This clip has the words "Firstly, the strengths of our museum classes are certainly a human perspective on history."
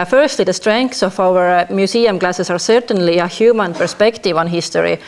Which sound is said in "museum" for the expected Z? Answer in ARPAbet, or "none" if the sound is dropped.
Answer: S